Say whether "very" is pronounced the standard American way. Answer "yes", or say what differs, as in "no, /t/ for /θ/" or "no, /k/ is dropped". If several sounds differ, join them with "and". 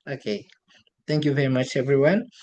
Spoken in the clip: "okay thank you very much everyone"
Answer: yes